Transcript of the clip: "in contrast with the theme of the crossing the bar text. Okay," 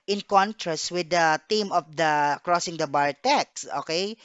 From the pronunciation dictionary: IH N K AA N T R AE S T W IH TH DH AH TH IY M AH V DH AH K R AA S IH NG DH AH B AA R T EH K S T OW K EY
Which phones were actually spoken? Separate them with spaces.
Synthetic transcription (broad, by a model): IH N K AA N T R AE S T W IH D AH T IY M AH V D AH K R AA S IH NG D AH B AA R T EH K S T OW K EY